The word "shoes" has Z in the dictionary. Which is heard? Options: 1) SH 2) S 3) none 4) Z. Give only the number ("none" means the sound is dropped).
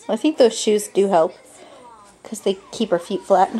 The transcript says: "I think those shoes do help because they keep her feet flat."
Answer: 4